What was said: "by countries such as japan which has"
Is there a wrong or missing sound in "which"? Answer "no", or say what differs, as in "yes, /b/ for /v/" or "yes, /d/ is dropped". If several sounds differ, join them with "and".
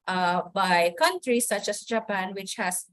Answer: no